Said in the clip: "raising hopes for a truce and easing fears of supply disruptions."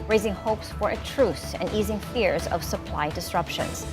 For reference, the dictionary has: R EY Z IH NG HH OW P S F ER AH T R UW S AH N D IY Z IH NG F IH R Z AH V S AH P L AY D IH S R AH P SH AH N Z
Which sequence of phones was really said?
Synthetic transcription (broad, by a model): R EY Z IH NG HH OW P S F ER AH T R UW S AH N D IY Z IH NG F IH R Z AH V S AH P L AY D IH S R AH P SH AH N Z